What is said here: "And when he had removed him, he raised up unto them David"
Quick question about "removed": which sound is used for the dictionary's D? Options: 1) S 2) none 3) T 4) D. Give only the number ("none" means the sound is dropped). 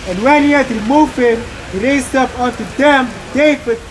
2